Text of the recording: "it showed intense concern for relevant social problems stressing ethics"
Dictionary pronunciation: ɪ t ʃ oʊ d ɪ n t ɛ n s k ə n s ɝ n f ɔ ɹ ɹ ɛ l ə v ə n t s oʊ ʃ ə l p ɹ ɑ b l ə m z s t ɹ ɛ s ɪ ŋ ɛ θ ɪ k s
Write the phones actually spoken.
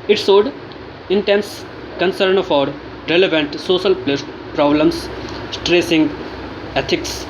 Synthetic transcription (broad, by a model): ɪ t s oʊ d ɪ n t ɛ n s k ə n s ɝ n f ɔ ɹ ɹ ɛ l ə v ə n t s oʊ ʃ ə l p ɹ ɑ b l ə m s s t ɹ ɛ s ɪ ŋ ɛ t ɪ k s